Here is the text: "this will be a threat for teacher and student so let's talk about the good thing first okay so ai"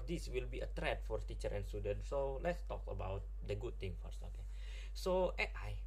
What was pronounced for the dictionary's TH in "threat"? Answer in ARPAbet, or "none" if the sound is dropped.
T